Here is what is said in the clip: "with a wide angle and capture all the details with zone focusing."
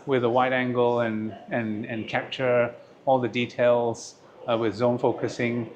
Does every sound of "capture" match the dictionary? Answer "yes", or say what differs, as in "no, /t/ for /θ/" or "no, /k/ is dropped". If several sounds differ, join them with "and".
yes